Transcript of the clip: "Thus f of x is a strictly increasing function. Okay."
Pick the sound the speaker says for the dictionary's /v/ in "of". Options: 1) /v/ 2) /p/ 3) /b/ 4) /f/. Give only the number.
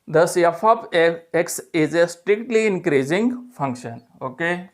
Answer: 2